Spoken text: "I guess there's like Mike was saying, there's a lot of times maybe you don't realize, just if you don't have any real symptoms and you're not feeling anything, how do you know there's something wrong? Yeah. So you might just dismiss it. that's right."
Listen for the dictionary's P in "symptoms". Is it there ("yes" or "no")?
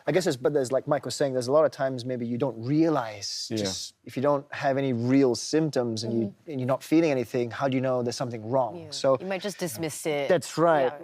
yes